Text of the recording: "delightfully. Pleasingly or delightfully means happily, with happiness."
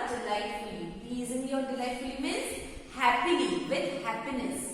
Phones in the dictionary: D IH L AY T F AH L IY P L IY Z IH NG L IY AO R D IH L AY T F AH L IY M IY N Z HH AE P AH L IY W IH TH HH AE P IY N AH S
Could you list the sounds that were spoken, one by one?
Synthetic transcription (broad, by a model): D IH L AY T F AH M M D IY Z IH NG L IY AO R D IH L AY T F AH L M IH Z HH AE P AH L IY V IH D HH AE P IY N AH S